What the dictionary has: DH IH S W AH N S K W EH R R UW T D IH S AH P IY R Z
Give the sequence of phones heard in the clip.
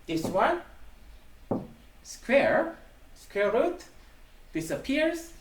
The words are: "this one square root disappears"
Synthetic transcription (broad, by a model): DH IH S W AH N S K W EH R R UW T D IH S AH P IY R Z